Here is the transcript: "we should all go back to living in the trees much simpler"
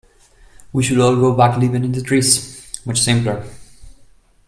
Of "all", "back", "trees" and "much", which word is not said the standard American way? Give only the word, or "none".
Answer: trees